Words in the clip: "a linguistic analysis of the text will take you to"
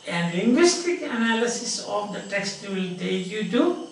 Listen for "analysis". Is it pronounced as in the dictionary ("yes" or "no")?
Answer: yes